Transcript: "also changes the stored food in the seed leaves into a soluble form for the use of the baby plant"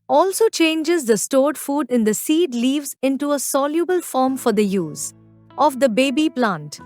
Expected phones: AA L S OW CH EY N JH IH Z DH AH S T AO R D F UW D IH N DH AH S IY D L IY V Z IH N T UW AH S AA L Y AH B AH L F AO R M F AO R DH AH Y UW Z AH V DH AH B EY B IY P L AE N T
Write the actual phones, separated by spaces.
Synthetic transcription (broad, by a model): AA L S OW CH EY N JH IH Z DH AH S T AO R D F UW D IH N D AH S IY D L IY V Z IH N T UW AH S AA L Y AH B AH L F AO R M F AO R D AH Y UW Z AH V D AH B EY B IY P L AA N T